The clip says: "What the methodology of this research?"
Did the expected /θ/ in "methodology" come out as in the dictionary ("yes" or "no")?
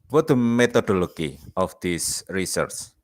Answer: no